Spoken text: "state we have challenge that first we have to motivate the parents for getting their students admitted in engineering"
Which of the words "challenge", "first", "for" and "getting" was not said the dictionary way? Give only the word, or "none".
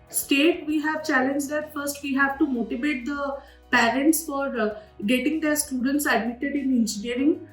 none